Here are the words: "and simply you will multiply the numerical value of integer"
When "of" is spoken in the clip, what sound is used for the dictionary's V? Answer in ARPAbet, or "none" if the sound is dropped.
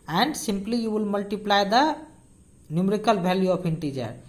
P